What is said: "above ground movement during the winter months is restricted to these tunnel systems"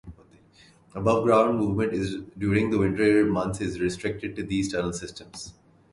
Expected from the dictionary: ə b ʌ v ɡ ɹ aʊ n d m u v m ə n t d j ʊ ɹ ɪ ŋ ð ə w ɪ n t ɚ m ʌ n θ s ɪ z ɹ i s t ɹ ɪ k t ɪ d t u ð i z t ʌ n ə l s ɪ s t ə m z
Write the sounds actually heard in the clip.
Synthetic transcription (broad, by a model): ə b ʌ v ɡ ɹ aʊ n d m u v m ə n t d j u ɹ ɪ ŋ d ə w ɪ n t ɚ m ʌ n t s ɪ z ɹ i s t ɹ ɪ k t ɪ d t u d i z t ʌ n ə l s ɪ s t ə m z